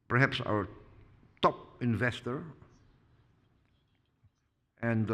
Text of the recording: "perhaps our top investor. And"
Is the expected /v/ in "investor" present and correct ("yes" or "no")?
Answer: yes